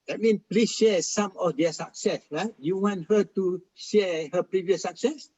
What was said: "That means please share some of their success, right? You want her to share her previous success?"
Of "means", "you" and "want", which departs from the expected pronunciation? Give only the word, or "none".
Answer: means